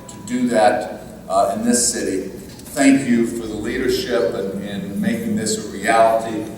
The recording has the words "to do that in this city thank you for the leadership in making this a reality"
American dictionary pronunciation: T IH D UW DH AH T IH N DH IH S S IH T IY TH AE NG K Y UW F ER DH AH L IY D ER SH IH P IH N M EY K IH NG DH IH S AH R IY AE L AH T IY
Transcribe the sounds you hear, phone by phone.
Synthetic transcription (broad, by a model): T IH D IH DH AH T IH N DH IH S S IH T IY TH AE NG K Y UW F ER DH AH L IY D ER SH IH P IH N M EY K IH NG DH IH S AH R IY AE L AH T IY